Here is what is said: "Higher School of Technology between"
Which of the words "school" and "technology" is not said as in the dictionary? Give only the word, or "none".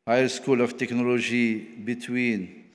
technology